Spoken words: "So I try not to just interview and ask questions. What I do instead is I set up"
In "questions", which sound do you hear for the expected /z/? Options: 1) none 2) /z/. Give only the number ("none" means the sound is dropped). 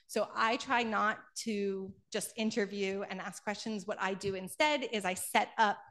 2